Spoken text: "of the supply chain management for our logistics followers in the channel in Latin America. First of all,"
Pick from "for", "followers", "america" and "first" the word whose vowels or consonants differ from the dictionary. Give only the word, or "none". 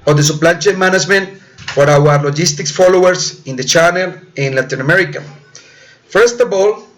followers